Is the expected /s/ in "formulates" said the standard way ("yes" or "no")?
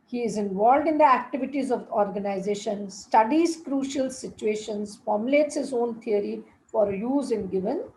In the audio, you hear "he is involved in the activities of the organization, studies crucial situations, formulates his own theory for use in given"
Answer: yes